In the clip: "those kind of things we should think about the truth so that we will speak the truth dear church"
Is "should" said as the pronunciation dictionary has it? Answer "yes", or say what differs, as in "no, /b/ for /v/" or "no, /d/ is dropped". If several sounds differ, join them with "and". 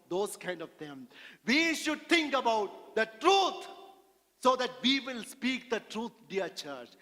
yes